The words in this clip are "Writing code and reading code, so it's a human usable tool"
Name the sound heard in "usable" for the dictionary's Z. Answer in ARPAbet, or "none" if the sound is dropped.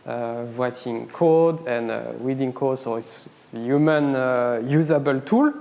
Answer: Z